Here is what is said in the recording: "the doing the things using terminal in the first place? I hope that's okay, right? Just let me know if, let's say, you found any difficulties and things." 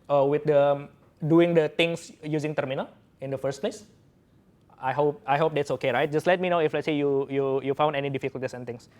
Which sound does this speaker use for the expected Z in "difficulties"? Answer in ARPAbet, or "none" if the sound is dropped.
S